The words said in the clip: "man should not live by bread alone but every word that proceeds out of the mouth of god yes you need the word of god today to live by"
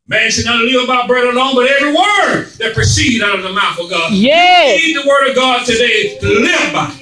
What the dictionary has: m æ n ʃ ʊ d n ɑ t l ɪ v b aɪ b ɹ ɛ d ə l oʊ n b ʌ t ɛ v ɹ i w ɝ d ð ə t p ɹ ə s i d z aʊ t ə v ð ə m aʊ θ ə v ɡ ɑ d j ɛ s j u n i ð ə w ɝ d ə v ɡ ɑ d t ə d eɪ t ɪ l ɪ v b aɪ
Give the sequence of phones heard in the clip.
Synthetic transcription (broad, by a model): m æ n s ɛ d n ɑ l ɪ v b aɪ b ɹ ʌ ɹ ə l oʊ n b ʌ t ɛ v ɹ i w ɝ d ð ə t p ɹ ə s i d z aʊ t ə v ð ə m aʊ θ ə v ɡ ɑ d j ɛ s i ð ə w ɝ d ə v ɡ ɑ d t ə d eɪ ɪ l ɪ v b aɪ